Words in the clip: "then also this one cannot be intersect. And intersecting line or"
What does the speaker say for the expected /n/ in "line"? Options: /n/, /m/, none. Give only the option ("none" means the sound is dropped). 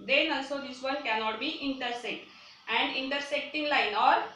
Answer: /n/